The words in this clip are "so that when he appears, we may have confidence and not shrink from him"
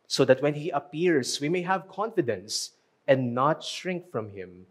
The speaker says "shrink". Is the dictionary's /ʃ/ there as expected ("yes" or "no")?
yes